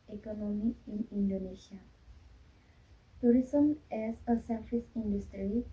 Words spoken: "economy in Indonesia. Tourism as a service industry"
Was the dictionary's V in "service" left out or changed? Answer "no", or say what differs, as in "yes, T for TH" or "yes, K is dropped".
yes, F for V